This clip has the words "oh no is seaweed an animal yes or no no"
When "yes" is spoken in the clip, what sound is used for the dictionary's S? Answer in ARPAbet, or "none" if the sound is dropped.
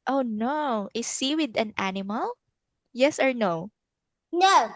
S